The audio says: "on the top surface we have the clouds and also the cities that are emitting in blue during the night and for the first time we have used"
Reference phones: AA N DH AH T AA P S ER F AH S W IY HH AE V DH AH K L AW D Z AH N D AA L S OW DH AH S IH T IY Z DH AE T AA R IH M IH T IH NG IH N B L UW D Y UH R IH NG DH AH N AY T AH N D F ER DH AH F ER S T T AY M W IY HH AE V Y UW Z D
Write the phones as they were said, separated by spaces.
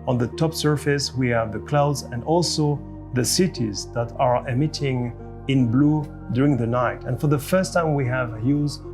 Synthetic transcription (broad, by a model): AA N DH AH T AA P S ER F AH S W IY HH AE V DH AH K L AW D Z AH N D AA L S OW DH AH S IH T IY Z DH AE T AA R IH M IH T IH NG IH N B L UW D Y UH R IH NG DH AH N AY T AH N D F ER DH AH F ER S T T AY M W IY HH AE V Y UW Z